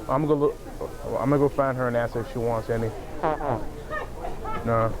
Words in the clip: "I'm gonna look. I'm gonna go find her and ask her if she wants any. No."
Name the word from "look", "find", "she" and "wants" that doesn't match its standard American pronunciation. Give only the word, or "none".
look